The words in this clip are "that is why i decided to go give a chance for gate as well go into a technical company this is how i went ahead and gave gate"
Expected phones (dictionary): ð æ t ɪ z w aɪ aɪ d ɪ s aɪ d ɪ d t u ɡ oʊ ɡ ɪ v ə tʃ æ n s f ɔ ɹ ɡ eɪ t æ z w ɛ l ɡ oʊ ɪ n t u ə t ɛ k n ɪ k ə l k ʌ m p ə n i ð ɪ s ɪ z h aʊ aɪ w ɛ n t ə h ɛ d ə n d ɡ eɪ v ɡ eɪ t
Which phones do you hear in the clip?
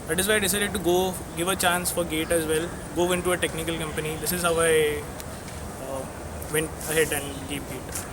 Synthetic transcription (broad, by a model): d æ t ɪ z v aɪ aɪ d ɪ s aɪ d ɪ d t u ɡ oʊ ɡ ɪ v ə tʃ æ n s f ɔ ɹ ɡ eɪ t æ z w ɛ l ɡ oʊ ɪ n t u ə t ɛ k n ɪ k ə l k ʌ m p ə n i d ɪ s ɪ z h aʊ aɪ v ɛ n t ə h ɛ d ə n d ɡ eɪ p ɡ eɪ t